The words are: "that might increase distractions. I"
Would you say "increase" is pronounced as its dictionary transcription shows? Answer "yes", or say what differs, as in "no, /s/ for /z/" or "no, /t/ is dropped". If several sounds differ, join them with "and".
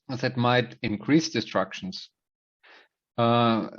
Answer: yes